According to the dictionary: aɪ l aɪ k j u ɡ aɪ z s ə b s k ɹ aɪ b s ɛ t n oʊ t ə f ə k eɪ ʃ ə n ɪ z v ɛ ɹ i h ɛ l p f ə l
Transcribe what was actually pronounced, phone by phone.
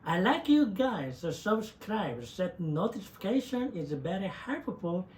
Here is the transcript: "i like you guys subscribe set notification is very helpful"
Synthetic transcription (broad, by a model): aɪ l aɪ k j u ɡ aɪ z s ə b s k ɹ aɪ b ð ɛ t n oʊ t ə f ə k eɪ ʃ ə n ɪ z b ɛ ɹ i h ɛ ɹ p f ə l